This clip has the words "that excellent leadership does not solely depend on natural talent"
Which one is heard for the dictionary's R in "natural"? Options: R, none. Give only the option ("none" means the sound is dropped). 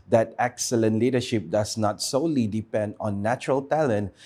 R